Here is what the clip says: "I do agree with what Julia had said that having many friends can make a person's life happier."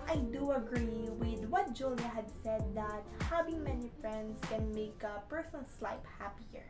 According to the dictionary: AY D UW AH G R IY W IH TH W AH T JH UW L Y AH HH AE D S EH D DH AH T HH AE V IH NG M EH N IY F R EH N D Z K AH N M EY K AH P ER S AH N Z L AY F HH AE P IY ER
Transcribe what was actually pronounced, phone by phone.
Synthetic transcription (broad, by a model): AY D UW AH G R IY W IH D W AH T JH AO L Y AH HH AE D S EH D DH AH T HH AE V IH NG M EH N IY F R EH N D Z K AH N M EY K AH P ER S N S L AY P HH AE P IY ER